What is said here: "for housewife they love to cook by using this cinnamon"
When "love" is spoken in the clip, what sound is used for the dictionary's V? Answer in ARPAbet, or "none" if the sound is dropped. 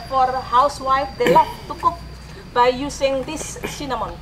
F